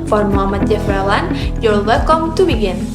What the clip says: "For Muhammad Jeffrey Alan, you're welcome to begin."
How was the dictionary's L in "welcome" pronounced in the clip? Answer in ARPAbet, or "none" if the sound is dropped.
none